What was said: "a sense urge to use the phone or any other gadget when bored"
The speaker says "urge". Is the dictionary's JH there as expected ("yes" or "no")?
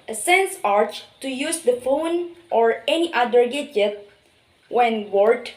no